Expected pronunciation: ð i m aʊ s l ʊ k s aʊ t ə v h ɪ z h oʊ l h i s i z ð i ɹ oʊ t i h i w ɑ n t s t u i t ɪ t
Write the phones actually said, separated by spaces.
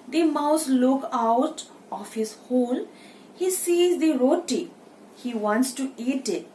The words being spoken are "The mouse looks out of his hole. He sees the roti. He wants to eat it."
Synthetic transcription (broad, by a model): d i m aʊ s l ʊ k aʊ t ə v h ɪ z h oʊ l h i s i z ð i ɹ oʊ t i h i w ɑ n t s t u i t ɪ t